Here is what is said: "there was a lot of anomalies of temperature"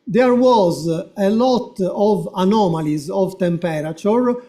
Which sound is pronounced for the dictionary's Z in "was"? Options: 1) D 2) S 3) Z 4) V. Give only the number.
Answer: 3